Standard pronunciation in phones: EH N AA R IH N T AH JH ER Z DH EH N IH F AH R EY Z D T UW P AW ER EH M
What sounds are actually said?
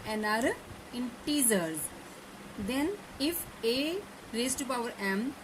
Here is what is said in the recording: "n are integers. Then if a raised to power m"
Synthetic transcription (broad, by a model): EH N AA R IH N T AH Z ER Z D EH N IH F AH R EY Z T UW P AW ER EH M